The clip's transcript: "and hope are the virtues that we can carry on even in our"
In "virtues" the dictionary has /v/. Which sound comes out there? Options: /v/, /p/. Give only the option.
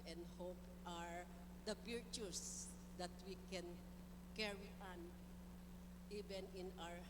/p/